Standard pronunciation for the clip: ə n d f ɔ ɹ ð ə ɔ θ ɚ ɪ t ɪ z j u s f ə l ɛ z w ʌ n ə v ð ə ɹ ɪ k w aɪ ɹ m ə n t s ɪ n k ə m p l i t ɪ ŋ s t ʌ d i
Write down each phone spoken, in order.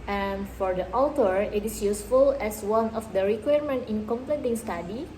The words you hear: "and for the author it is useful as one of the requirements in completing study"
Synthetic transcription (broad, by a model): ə n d f ɔ ɹ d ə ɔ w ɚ ɪ t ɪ s j u s f ə l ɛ s w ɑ n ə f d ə ɹ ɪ k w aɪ ɹ m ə n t ɪ n k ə m p l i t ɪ ŋ s t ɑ d i